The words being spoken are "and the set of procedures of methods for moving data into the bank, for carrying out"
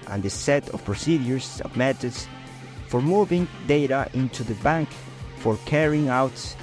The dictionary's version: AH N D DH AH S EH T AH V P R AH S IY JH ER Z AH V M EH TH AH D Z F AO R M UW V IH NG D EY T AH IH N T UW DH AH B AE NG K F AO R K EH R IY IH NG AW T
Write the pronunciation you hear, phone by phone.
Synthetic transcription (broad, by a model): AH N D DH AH S EH T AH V P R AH S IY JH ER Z AH V M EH T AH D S F AO R M UW V IH NG D EY T AH IH N T UW DH AH B AE NG K F AO R K EH R IY IH NG AW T